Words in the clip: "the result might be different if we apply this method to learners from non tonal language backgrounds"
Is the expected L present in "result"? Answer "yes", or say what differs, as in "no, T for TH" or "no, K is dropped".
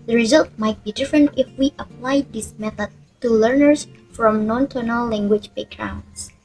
yes